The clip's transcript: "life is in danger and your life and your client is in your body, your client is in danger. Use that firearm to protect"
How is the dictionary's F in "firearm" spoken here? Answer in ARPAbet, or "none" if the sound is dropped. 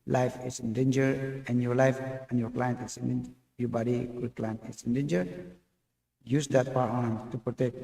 P